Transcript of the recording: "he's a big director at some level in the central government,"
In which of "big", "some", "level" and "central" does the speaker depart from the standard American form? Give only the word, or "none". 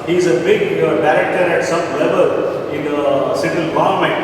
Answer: central